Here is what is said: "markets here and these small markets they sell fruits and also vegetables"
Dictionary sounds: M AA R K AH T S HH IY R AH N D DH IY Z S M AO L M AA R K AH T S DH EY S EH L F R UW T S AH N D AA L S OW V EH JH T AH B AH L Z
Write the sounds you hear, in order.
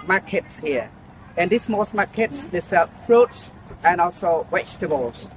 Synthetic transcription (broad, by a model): M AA K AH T S HH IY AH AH N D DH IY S M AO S M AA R K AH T S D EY S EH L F R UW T S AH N AA L S OW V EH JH T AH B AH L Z